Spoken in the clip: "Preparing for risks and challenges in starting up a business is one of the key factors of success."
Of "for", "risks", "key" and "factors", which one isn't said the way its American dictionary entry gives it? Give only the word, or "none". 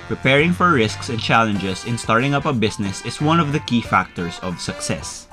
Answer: factors